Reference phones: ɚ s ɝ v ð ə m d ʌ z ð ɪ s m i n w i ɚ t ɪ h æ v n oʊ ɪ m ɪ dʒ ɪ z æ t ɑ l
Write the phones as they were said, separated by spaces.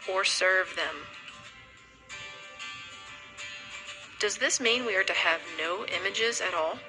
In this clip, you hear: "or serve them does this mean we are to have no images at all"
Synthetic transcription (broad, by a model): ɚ s ɝ v ð ə m d ʌ z ð ɪ s m i n w i ɚ t ɪ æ v n oʊ ɪ m ɪ dʒ ɪ z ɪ t ɑ l